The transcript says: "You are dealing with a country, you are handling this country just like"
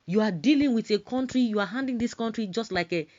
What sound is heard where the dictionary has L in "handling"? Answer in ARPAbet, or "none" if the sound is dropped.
none